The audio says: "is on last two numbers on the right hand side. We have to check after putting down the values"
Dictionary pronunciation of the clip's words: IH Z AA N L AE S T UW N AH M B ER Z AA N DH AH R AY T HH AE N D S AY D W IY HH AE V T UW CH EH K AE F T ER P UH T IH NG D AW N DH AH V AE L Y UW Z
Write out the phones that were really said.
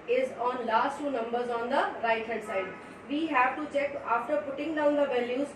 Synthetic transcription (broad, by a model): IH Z AA N L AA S T UW N AH M B ER Z AA N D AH R AY T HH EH D S AY D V IY HH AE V T UW CH EH K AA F T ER P UH T IH NG D AW N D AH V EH L Y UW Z